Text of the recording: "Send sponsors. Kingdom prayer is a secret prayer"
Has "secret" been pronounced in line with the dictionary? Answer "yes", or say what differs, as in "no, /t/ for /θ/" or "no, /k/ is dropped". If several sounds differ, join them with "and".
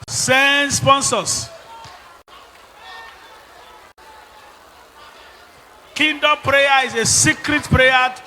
yes